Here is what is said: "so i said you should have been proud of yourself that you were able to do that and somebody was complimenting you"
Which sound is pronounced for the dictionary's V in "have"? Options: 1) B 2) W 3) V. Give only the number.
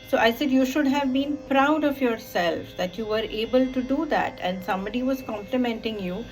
3